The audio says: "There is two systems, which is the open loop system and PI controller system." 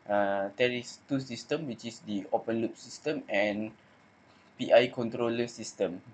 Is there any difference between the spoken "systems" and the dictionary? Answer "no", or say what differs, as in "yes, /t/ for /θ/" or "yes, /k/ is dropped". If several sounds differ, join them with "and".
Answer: yes, /z/ is dropped